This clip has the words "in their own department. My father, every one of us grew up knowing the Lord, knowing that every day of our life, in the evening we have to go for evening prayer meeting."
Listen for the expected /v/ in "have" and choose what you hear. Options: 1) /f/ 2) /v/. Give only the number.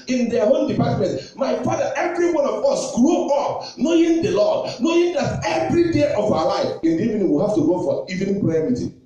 1